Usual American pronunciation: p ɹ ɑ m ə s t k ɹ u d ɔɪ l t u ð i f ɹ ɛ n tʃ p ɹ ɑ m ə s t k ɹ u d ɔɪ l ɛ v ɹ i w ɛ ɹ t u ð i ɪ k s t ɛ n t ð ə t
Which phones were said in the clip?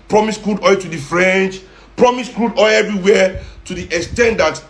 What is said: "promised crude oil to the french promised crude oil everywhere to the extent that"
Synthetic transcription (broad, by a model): p ɹ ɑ m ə s k ɹ u d ɔɪ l t u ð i f ɹ ɛ n tʃ p ɹ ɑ m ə s k ɹ u d ɔɪ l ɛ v ɹ i w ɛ t u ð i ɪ k s t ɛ n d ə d